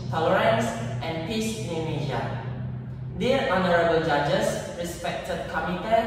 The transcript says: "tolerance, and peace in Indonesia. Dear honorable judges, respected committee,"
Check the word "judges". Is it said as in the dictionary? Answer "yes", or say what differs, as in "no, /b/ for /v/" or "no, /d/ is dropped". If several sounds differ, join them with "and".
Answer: no, /s/ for /z/